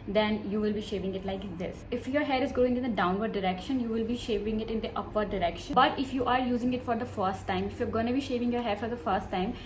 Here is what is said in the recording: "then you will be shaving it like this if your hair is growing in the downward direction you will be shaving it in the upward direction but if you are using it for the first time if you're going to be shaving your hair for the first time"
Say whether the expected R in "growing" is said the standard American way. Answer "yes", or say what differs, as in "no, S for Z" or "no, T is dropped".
no, R is dropped